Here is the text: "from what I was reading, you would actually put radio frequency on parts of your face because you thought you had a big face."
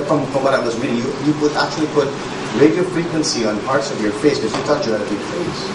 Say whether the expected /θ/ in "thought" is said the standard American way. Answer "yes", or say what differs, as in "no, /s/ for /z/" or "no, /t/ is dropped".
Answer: no, /t/ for /θ/